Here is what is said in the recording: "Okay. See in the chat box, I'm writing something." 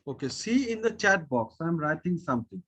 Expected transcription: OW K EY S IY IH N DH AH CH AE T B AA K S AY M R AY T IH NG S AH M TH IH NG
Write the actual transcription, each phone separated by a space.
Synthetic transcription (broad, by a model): OW K EY S IY IH N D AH CH AE T B AA K S AY M R AY T IH NG S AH M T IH NG